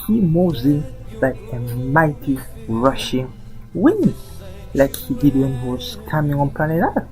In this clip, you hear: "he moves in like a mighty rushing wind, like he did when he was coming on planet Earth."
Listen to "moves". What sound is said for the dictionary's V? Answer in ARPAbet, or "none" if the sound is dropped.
none